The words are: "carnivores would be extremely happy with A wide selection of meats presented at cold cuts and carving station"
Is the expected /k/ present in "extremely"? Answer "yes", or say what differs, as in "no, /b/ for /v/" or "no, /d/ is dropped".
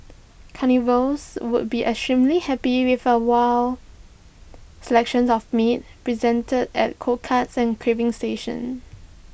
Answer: no, /k/ is dropped